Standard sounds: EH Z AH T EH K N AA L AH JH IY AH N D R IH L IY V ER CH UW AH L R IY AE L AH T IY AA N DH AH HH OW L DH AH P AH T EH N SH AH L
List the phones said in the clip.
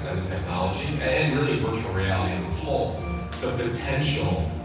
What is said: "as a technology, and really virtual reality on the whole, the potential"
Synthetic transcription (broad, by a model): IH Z AH T EH K N AA L AH JH IY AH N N R IH L IY P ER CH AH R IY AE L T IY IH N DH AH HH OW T DH AH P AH T EH N SH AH L